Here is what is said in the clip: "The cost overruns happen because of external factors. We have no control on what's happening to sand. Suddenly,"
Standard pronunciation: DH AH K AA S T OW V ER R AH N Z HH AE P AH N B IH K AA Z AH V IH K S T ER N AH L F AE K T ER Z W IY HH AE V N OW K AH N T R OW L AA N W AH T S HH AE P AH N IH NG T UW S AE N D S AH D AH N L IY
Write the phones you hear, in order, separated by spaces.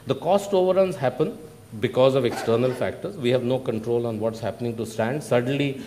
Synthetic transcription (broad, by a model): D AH K AA S T OW V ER R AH N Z HH AE P AH N B IH K AA Z AH V IH K S T ER N AH L F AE K T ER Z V IY HH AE V N OW K AH N T R OW L AA N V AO T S HH AE P AH N IH NG T UW S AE N D S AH D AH N L IY